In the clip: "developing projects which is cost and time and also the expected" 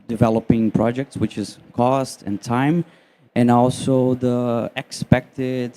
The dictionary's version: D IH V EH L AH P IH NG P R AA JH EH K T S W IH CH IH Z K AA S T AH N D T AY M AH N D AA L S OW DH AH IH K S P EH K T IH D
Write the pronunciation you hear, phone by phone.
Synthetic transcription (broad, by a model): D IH V EH L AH P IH NG P R AA JH EH K T S W IH CH IH Z K AA S T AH N T AY M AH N AA L S OW DH AH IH K S P EH K T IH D